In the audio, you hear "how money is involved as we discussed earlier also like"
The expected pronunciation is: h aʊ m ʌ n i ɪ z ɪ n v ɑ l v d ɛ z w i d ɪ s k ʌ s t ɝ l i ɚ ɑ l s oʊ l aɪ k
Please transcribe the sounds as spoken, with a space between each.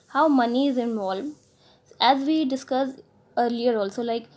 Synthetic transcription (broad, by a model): h aʊ m ʌ n i ɪ z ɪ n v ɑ l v ɛ z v i d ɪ s k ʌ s ɝ l i ɚ ɑ l s oʊ l aɪ k